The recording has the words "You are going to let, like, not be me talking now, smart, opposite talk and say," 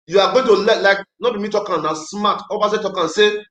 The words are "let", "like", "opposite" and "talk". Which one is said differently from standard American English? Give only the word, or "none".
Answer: opposite